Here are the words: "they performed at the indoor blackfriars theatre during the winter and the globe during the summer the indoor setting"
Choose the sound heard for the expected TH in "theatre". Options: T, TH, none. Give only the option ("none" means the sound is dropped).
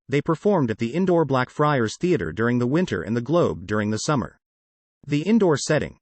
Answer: TH